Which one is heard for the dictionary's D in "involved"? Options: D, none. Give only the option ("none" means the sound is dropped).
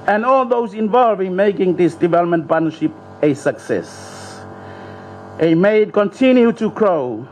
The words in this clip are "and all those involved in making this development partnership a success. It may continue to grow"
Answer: none